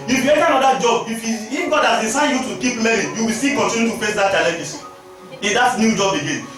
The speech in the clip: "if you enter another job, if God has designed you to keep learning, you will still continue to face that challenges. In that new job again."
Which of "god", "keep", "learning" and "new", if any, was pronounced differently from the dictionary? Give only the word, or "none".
learning